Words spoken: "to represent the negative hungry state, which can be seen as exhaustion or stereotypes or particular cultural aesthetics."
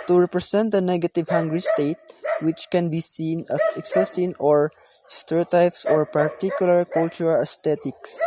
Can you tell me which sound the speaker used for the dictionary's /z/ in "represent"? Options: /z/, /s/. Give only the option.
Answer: /s/